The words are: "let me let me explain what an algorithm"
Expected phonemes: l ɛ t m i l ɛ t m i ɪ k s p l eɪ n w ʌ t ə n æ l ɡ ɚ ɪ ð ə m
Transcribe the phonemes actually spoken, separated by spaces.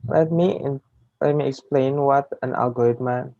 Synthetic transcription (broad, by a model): l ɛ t m i l ɛ t m i ɪ k s p l eɪ n w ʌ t ə n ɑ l ɡ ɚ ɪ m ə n